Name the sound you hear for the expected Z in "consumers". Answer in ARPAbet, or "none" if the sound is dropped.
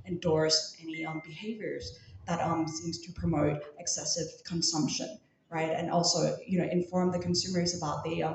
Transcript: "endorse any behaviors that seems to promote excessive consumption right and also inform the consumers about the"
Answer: Z